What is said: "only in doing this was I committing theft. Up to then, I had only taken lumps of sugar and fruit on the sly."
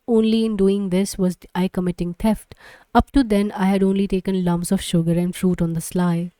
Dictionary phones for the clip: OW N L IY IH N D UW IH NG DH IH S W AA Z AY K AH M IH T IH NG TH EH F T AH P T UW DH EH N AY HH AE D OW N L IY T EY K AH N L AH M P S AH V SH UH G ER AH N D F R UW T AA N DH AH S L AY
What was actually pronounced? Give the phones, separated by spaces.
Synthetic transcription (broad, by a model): OW N L IY IH N D UW IH NG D IH S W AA Z AY K AH M IH T IH NG T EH F T AH P T UW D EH N AY HH AE D OW N L IY T EY K AH N L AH M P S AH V SH UH G ER AH N D F R UW T AA N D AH S L AY